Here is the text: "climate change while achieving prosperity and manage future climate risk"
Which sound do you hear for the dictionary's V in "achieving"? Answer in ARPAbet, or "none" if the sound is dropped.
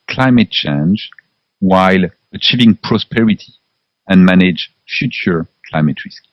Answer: V